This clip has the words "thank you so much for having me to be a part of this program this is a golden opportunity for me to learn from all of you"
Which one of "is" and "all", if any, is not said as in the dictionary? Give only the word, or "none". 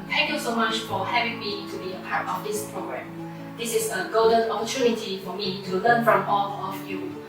is